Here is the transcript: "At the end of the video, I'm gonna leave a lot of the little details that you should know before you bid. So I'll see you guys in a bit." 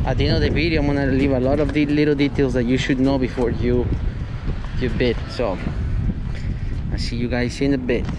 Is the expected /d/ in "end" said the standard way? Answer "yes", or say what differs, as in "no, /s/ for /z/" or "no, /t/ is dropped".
no, /d/ is dropped